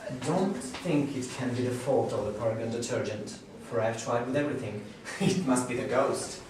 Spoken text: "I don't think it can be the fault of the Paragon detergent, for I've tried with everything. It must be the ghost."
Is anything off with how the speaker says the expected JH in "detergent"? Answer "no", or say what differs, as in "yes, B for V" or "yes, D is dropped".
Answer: no